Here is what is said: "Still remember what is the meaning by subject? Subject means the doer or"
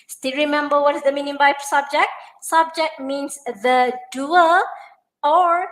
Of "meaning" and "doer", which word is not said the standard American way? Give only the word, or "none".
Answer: doer